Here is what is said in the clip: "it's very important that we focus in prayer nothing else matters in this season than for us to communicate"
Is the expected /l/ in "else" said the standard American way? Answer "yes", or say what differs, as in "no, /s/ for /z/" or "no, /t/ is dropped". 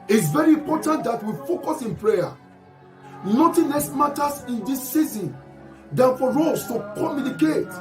no, /l/ is dropped